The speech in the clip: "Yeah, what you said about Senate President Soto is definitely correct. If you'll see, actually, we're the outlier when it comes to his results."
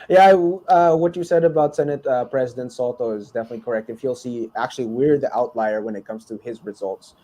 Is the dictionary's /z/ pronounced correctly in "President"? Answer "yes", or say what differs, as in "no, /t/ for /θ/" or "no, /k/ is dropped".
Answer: yes